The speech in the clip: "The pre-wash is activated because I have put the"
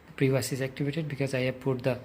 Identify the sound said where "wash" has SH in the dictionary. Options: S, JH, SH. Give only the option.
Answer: S